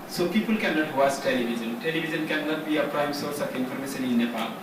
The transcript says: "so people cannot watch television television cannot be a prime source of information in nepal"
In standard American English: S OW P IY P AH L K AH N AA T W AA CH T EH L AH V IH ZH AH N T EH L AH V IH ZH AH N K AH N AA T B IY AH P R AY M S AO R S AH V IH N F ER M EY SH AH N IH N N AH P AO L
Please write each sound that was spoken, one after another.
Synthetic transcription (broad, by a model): S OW P IY P AH L K AH N AA T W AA S T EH L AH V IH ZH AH N T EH L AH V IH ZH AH N K AH N AA T B IY AH P R AY M S AO R S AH F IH N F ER M EY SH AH N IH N N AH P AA